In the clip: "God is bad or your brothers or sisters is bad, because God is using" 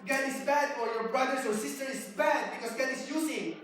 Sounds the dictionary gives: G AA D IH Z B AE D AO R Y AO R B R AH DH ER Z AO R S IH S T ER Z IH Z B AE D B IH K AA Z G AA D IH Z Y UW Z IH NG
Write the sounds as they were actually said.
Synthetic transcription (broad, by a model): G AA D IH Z B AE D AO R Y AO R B R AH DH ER S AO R S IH S T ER IH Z B AE D B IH K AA S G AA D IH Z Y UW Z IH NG